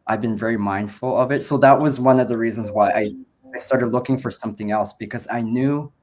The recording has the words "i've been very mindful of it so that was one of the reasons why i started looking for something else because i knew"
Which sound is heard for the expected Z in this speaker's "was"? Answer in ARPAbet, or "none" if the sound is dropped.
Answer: Z